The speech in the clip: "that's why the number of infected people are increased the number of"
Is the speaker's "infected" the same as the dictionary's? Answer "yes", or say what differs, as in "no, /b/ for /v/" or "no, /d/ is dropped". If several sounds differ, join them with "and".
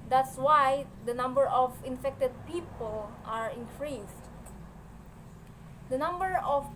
yes